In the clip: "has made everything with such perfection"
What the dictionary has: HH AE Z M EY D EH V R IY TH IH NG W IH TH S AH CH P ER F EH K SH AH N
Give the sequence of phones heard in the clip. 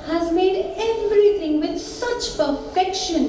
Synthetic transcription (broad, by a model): HH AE Z M EY D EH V R IY T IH NG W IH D S AH CH P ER F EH K SH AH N